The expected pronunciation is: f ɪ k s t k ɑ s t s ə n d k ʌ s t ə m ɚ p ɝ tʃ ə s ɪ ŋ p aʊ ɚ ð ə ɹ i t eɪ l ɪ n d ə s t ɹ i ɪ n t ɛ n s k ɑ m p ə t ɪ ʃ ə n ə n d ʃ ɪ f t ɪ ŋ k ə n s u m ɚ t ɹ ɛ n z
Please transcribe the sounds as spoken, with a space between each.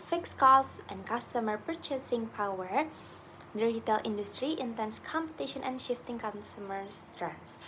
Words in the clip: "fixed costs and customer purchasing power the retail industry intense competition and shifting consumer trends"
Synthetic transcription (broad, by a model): f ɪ k s k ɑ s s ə n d k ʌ s t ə m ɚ p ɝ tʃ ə s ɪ ŋ p aʊ ɚ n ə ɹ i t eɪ l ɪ n d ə s t ɹ i ɪ n t ɛ n s k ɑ m p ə t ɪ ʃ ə n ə n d ʃ ɪ f t ɪ ŋ k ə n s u m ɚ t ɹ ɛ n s